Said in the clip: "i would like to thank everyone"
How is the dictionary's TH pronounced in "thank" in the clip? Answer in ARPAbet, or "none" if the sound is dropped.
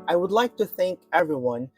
TH